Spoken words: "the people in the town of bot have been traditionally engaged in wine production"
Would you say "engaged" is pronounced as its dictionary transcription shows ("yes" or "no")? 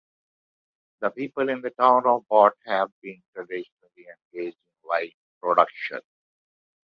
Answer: no